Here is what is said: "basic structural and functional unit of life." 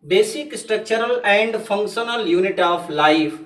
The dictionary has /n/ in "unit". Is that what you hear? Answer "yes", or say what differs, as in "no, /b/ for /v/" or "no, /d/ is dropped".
yes